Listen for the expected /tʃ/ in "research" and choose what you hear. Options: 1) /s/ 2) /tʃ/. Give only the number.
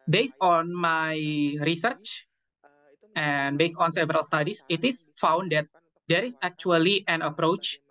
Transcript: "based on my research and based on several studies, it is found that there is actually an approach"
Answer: 2